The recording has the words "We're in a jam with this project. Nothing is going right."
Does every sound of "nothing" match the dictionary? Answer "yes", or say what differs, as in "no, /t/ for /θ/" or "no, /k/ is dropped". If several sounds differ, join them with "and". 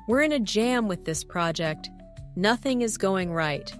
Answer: yes